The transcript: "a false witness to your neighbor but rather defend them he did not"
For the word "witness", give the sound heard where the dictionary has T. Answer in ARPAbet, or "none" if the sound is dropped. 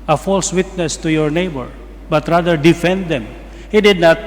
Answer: T